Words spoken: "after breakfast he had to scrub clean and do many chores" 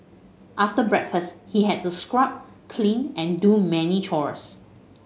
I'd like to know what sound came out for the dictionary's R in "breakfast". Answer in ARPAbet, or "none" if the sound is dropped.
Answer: R